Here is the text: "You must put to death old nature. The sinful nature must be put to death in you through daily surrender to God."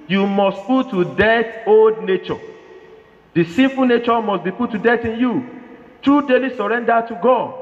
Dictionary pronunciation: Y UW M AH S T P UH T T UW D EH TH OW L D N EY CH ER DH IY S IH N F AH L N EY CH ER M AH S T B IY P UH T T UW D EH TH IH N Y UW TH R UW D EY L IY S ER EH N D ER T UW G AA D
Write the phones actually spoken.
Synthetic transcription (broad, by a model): Y UW M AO S T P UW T T UW D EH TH OW L D N EY CH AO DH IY S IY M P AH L N EY CH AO M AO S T B IY P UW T T UW D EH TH IH N Y UW T R UW D EY L IY S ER EH N D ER T UW G AA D